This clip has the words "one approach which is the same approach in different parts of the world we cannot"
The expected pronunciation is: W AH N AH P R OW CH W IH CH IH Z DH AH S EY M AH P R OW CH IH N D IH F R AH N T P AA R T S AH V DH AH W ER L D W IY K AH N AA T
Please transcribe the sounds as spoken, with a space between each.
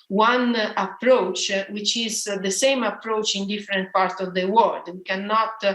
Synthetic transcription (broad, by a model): W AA N AH P R OW CH W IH CH IH Z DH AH S EY M AH P R OW CH IH N D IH F R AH N T P AA R T S AH V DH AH W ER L D W IY K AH N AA T